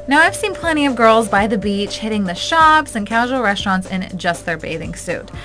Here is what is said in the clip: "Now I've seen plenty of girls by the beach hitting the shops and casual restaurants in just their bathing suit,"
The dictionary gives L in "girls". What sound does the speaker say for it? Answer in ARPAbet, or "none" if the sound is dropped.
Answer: L